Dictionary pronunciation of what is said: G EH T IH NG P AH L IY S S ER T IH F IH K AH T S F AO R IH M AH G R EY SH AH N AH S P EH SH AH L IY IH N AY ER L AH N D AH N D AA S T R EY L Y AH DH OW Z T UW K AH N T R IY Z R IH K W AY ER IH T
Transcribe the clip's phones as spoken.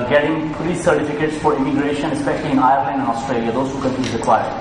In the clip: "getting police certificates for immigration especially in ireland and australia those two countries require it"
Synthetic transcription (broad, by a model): G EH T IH NG P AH L IY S S ER T IH F IH K AH T S F AO R IH M AH G R EY SH AH N AH S P EH SH AH L IY IH N AY ER L AH N D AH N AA S T R EY L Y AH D OW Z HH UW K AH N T IY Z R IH K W AY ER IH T